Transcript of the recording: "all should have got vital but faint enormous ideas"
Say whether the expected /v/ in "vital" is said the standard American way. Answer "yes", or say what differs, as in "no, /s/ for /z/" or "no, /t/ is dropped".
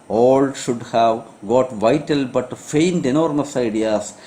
yes